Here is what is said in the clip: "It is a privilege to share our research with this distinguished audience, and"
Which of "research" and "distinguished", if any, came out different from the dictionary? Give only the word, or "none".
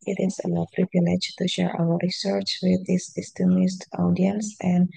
distinguished